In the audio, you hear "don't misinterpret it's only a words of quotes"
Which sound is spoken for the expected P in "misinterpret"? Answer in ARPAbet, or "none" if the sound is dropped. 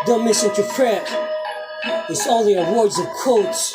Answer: F